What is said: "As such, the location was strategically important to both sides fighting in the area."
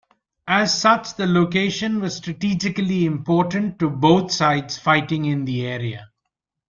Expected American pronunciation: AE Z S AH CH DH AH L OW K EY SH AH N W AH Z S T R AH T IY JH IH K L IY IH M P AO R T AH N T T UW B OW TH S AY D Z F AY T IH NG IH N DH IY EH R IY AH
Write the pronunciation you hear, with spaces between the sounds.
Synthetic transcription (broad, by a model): AE Z S AH CH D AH L OW K EY SH AH N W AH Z S T R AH T IY JH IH K L IY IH M P AO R T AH N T T UW B OW T S AY D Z F AY T IH NG IH N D IY EH R IY AH